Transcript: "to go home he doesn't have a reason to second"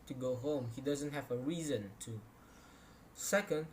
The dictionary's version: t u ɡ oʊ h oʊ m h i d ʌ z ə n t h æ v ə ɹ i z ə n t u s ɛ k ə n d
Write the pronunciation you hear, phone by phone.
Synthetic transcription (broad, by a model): t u ɡ oʊ h oʊ m h i d ʌ z ə n t h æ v ə ɹ i z ə n t u s ɛ k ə n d